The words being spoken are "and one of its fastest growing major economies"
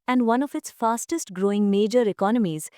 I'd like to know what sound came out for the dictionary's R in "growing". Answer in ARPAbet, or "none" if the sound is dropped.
R